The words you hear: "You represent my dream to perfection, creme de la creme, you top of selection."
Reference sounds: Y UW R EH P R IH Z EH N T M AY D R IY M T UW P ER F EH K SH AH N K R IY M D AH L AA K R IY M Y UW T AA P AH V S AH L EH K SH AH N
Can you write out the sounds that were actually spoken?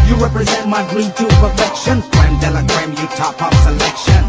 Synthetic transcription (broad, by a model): Y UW R EH P R IH Z EH N T M AY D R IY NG T UW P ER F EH K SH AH N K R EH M D AH L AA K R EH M Y UW T AA P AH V S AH L EH K SH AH N